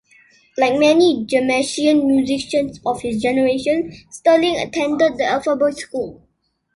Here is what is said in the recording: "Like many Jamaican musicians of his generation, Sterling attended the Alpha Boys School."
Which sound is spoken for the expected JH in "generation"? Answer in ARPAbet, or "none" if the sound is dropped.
JH